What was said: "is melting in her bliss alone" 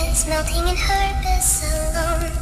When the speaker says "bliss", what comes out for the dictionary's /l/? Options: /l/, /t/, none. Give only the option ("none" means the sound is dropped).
none